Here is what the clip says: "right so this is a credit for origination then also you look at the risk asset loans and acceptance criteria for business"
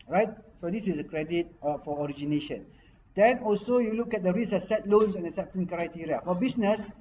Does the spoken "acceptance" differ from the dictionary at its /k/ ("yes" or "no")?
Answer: yes